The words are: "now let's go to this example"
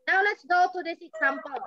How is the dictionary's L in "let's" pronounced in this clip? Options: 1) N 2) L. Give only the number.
2